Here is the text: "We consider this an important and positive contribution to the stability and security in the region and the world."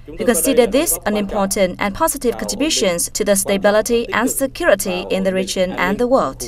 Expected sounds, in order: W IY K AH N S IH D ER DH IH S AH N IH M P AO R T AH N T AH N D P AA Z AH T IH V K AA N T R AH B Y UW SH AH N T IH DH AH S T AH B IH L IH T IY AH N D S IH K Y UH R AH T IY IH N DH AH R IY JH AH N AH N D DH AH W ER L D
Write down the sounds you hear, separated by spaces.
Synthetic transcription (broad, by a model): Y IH K AH N S IH D ER DH IH S AH N IH M P AO R T AH N T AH N P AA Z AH T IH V K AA N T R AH B Y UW SH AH N T IH DH AH S T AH B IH L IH T IY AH N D S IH K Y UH R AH T IY IH N DH AH R IY JH AH N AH N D DH AH W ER L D